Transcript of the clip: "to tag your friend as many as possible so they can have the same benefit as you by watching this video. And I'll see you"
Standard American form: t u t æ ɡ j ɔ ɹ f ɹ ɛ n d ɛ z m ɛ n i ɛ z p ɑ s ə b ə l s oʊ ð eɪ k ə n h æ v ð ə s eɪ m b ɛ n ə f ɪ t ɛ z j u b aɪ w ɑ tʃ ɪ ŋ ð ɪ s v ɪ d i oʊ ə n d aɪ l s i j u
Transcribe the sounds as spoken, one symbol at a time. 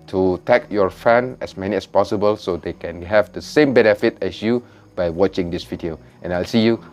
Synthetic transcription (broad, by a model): t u t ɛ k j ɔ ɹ f ɛ n ɛ s m ɛ n i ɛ s p ɑ s ə b ə l s oʊ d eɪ k ə n h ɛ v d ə s eɪ m b ɛ n ə f ɪ t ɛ s j u b aɪ w ɑ tʃ ɪ ŋ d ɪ s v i d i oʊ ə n aɪ l s i j u